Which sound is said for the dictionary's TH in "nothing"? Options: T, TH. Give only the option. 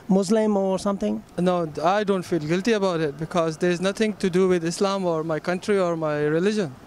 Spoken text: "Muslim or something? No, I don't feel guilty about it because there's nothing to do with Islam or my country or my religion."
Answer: T